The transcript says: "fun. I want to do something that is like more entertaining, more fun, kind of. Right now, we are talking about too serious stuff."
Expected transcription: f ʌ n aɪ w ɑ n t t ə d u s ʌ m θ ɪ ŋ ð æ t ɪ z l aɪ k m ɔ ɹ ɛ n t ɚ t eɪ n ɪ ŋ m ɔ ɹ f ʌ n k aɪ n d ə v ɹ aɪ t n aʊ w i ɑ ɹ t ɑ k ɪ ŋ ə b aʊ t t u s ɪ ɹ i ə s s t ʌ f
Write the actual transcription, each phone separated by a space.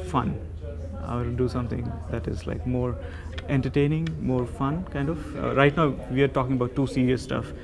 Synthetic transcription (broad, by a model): f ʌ n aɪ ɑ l d u s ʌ m t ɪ ŋ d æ t ɪ z l aɪ k m ɔ ɹ ɛ n t ɚ t eɪ n ɪ ŋ m ɔ ɹ f ʌ n k aɪ n d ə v ɹ aɪ t n aʊ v i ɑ ɹ t ɑ k ɪ ŋ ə b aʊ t t u s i ɹ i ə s s t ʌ f